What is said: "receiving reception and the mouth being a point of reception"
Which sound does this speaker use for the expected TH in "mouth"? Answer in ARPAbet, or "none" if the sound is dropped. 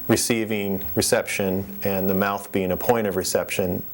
TH